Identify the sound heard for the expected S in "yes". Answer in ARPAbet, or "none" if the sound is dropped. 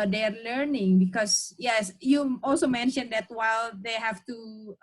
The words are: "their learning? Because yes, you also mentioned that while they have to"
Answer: S